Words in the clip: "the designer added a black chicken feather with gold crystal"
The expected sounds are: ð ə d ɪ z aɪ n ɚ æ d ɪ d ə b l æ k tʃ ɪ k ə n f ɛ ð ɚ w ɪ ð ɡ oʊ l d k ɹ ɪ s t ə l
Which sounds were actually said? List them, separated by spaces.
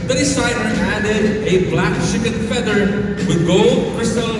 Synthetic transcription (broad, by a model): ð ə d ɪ s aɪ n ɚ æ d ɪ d ə b l æ k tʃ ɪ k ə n f ɛ ð ɚ w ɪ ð ɡ oʊ l d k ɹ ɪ s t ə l